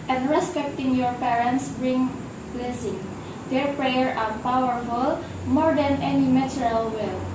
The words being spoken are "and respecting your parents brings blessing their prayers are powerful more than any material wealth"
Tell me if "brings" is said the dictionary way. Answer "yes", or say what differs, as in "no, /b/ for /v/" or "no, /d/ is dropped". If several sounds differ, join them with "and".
no, /z/ is dropped